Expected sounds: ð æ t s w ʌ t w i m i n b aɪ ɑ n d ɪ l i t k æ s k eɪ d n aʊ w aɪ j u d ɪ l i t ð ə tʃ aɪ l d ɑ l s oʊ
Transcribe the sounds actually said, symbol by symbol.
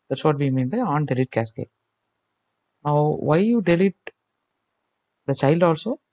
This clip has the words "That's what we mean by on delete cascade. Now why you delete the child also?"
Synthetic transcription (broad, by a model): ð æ t s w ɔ t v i m i n b aɪ ɑ n d ɪ l i t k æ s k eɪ n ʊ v aɪ j u d ɪ l i t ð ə tʃ aɪ l d ɑ l s oʊ